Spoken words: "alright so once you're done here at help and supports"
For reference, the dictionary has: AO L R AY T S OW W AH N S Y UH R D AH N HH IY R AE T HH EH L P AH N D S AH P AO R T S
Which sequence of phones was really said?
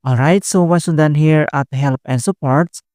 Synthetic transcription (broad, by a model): AO L R AY T S OW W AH S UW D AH N HH IY R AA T HH EH L P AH N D S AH P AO R T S